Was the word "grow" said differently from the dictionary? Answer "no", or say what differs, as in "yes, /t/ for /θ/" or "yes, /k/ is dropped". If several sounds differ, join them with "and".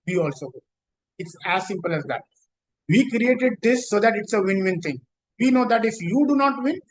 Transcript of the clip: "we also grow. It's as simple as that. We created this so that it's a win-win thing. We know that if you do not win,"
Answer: yes, /ɹ/ is dropped